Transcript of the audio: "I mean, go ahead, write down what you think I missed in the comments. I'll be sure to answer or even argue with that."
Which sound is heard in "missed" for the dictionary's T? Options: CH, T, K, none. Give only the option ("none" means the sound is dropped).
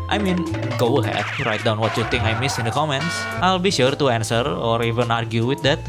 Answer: none